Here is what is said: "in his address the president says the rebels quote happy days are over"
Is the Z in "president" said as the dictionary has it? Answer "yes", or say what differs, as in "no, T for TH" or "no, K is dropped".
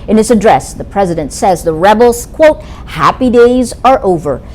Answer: yes